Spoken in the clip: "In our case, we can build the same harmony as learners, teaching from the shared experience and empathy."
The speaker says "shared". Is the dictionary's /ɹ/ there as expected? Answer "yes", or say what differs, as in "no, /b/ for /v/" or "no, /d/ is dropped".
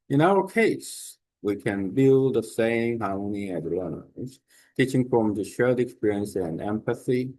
no, /l/ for /ɹ/